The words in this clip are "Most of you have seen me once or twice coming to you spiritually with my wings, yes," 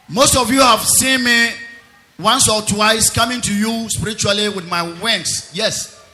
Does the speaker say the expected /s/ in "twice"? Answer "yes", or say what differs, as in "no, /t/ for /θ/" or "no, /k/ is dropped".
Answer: yes